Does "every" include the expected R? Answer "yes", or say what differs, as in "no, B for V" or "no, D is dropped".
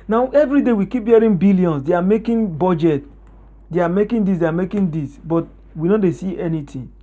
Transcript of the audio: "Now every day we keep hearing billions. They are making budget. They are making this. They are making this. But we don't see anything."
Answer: yes